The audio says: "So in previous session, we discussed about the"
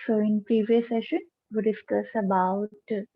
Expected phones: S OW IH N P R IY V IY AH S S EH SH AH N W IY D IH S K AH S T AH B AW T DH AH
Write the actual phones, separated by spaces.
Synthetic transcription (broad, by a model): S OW IH N P R IY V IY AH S S EH SH AH N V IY D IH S K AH S AH B AW T